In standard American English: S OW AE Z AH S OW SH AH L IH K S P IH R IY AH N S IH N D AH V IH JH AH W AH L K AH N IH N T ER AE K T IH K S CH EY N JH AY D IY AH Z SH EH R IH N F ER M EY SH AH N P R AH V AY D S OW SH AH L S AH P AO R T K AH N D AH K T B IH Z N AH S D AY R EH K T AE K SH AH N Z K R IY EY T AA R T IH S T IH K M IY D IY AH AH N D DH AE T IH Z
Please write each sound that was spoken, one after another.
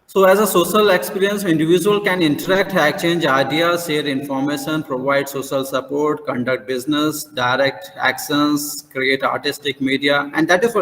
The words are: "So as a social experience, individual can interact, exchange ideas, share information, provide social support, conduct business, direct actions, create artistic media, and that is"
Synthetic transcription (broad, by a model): S OW AE Z AH S OW SH AH L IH K S P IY R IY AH N S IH N D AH V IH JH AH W AH L K AH N IH N T ER AE K T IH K CH EY N JH AY D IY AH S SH EH R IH N F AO M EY SH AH N P R AH V AY D S OW SH AH L S AH P AO R T K AH N D AH K T B IH Z N AH S D AY R EH K T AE K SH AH N S K R IY EY T AA R T IH S T IH K M IY D IY AH AH N D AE T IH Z